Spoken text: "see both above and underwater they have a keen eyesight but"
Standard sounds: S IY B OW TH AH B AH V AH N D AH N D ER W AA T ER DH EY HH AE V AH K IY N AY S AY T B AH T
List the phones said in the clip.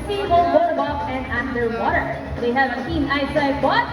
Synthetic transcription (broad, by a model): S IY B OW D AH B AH P AH N D AH N D ER W AA T ER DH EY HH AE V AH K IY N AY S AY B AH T